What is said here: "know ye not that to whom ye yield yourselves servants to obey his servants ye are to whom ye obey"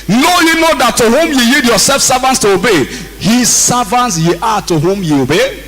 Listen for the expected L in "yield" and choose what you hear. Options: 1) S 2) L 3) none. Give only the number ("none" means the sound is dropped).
3